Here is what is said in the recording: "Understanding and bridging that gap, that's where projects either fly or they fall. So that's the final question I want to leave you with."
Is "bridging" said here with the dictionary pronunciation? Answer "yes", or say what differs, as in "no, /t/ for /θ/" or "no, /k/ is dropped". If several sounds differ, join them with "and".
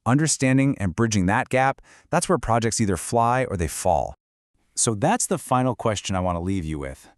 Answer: yes